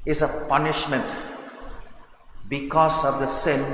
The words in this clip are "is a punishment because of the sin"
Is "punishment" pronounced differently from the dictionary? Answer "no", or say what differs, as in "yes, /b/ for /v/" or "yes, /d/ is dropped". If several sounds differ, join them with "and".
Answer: no